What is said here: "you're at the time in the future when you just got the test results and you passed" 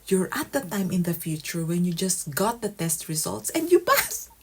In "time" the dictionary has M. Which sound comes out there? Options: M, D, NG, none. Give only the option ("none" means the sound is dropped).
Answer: M